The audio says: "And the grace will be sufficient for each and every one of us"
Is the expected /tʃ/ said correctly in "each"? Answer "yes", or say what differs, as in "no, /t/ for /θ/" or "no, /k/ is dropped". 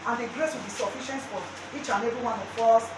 yes